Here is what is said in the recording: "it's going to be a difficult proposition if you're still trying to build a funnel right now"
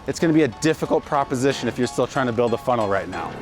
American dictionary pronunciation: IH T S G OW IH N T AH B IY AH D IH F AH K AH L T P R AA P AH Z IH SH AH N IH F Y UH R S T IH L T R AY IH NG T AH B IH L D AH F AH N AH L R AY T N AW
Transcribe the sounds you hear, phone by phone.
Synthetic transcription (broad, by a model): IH T S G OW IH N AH B IY AH D IH F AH K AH L T P R AA P AH Z IH SH AH N IH F Y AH R S T IH L T R AY IH NG T AH B IH L D AH F AH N L R AY T N AW